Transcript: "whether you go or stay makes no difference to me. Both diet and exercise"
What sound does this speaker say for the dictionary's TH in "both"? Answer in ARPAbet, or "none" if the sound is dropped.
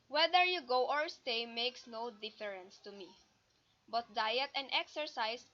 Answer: T